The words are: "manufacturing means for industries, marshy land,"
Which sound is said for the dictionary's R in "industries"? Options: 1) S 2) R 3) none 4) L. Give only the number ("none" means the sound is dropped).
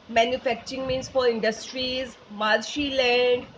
2